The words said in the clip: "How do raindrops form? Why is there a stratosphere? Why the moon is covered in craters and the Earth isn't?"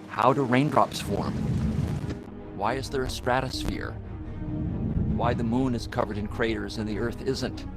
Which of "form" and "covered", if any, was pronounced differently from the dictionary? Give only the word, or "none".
none